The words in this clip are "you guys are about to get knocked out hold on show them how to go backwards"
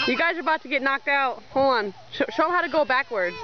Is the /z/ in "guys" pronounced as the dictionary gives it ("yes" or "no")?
yes